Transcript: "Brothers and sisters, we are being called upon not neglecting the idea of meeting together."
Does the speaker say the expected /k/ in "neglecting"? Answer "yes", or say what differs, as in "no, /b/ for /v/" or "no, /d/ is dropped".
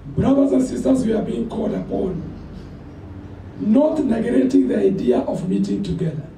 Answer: no, /k/ is dropped